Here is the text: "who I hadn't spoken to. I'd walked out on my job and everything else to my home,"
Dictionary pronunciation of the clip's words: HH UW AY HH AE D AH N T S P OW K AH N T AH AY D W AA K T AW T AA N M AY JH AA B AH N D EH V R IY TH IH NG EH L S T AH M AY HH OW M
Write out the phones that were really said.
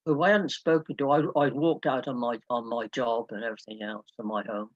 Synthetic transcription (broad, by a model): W AY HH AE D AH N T S P OW K AH N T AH AY D W AA K T AW T AA N M AY JH AA B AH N EH V R IY TH IH NG EH L S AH M AY HH OW M